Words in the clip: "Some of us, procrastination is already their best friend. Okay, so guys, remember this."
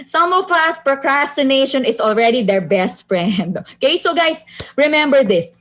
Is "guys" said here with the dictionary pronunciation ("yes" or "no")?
no